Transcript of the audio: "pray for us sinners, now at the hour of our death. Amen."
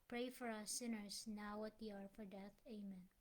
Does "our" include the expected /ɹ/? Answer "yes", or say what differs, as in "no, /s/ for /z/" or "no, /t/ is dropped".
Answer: yes